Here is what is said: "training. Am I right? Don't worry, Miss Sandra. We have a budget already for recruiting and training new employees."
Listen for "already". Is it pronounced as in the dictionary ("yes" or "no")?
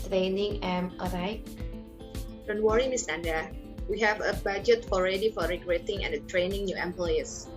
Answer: yes